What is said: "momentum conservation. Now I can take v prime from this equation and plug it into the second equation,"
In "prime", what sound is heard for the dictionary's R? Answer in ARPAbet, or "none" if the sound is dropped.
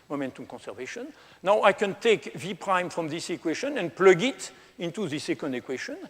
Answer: R